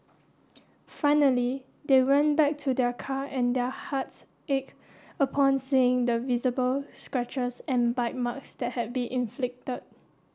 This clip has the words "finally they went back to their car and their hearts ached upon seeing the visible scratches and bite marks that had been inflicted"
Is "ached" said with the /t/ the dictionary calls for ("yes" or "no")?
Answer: no